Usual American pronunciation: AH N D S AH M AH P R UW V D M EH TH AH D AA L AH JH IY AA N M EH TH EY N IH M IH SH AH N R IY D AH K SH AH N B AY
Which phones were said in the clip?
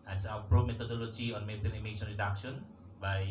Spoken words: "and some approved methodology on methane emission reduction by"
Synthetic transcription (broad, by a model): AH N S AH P R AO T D M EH T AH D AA L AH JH IY AA N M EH T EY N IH M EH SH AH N R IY D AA K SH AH N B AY